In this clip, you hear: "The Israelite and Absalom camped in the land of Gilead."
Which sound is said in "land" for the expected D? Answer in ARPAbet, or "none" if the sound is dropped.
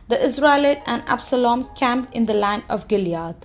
none